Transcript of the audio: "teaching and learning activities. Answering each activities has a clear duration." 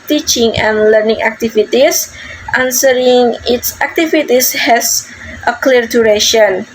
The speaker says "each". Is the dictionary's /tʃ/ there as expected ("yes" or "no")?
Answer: no